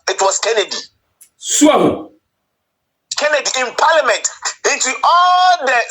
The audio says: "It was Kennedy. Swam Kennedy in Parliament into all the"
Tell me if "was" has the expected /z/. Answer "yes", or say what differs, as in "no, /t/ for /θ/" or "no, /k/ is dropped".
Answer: no, /s/ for /z/